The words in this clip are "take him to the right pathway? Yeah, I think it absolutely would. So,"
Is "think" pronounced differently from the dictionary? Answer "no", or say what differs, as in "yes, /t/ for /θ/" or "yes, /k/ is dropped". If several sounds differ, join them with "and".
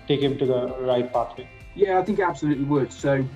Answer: no